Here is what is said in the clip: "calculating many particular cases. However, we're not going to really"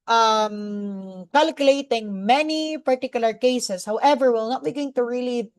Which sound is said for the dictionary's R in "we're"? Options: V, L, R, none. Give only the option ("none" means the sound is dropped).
L